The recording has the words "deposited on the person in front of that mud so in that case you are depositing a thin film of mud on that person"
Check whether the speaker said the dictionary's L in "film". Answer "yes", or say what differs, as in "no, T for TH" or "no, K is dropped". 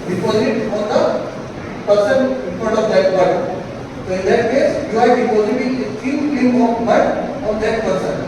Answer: no, L is dropped